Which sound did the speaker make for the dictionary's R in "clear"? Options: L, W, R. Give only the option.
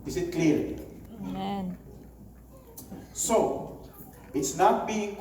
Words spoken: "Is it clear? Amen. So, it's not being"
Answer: L